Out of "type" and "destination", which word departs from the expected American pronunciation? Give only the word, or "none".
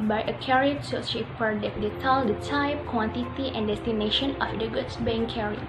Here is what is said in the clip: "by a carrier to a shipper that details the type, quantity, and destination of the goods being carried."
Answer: none